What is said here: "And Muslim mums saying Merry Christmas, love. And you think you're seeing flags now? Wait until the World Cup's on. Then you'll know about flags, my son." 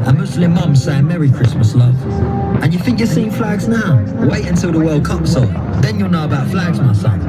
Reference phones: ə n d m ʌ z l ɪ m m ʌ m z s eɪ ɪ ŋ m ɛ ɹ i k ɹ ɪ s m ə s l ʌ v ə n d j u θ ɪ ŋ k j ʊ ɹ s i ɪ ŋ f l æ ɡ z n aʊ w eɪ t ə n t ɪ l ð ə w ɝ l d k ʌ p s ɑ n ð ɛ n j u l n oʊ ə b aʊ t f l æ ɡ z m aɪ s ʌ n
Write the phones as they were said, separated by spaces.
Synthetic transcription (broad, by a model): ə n m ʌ s l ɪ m m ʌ m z s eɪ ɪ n m ɛ ɹ i k ɹ ɪ s m ə s l ʌ v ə n j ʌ θ ɪ ŋ k j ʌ s i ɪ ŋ f l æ ɡ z n aʊ w eɪ t ə n t ɪ l ð ə w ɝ l d k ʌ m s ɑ l ð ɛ n j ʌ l n oʊ ə b aʊ t f l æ ɡ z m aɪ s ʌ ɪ